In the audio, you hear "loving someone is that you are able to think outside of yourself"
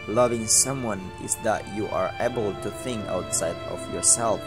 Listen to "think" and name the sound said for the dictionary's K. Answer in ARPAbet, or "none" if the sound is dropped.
K